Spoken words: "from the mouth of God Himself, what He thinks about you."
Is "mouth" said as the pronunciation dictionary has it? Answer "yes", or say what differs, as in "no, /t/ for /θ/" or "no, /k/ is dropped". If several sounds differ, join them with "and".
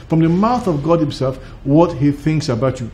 yes